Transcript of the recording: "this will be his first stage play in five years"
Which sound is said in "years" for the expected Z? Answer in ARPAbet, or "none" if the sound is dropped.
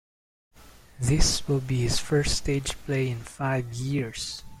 S